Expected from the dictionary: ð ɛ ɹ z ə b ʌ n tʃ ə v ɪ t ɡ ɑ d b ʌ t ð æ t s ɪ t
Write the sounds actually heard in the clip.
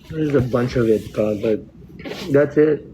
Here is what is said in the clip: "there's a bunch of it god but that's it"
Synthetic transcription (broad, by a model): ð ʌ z ə b ʌ n tʃ ə v ɪ t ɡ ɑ b ʌ t ð æ t s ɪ t